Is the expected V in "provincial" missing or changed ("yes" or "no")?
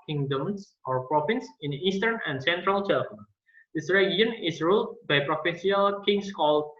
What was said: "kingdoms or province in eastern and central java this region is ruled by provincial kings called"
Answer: yes